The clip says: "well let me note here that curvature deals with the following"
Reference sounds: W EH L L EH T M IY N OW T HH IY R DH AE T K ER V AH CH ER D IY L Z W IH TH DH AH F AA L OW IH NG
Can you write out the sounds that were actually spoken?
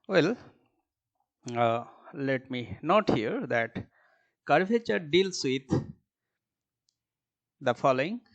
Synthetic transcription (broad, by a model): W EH L L EH T M IY N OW T HH IY R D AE T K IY F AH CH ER D IY L S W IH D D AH F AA L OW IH NG